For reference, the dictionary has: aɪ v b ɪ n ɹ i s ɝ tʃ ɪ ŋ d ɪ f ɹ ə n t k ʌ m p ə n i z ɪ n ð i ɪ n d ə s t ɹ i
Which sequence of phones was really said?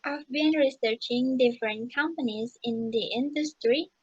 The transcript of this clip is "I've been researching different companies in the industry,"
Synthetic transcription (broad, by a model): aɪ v b ɪ n ɹ i s ɝ tʃ ɪ ŋ d ɪ f ɹ ə n t k ʌ m p ə n i z ɪ n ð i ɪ n d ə s t ɹ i